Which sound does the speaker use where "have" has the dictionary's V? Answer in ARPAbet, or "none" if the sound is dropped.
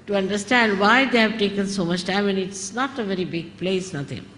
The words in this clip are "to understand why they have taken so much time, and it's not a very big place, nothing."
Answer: V